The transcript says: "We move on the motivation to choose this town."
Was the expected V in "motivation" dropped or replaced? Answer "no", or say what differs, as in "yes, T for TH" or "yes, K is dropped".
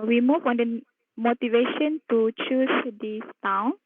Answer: no